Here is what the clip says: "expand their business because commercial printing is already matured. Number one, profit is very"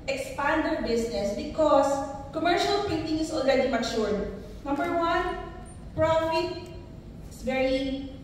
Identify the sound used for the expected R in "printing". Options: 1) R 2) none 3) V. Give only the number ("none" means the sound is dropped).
2